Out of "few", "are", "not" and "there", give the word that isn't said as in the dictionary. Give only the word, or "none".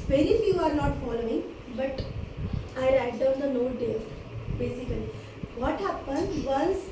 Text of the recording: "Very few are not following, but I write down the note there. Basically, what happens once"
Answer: there